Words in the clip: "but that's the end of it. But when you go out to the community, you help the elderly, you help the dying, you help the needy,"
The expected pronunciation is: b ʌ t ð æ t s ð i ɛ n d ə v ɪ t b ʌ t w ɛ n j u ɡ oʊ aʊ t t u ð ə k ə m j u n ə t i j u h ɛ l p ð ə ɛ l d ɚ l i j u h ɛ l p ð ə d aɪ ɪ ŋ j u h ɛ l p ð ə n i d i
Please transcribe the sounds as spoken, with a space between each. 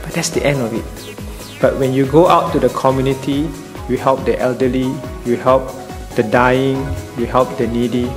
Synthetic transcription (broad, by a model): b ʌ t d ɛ t s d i ɛ n d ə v ɪ t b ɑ t w ɛ n j u ɡ oʊ aʊ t t u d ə k ə m j u n ə t i j u h ɛ l p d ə ɛ l d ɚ l i j u h ɛ l p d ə d aɪ ɪ ŋ j u h ɛ l p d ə n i d i